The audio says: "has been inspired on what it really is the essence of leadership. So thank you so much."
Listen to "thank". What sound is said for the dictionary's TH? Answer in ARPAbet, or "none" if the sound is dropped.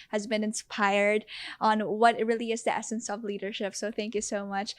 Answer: TH